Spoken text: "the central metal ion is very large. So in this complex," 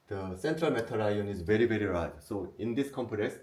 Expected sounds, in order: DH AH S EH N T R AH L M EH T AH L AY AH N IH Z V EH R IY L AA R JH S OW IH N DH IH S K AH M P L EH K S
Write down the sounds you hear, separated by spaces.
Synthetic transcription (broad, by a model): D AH S EH N T R AH L M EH T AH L AY AH N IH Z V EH R IY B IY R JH S OW IH N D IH S K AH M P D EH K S